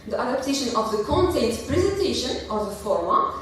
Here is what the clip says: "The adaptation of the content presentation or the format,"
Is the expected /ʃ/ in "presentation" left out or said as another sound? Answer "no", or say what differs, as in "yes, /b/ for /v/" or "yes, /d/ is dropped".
no